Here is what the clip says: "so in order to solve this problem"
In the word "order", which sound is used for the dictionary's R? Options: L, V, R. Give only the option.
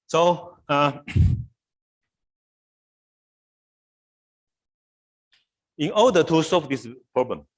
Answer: L